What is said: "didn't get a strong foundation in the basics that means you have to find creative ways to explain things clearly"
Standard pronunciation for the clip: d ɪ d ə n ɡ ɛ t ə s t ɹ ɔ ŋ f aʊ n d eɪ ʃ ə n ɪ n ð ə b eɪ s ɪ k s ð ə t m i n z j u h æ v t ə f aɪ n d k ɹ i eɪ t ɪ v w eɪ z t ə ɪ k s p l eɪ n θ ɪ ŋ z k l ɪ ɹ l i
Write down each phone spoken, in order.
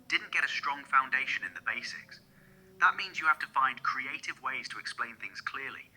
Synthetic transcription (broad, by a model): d ɪ d n ɡ ɛ t ə s t ɹ ɔ ŋ f aʊ n d eɪ ʃ ə n ɪ n ð ə b eɪ s ɪ k s ð ə t m i n z j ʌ h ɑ f t ə f aɪ n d k ɹ i eɪ t ɪ v w eɪ z t ə ɪ k s p l eɪ n θ ɪ ŋ z k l ɪ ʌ l i